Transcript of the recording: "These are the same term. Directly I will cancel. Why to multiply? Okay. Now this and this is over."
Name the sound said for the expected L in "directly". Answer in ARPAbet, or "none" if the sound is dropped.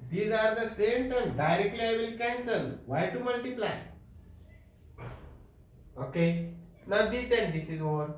L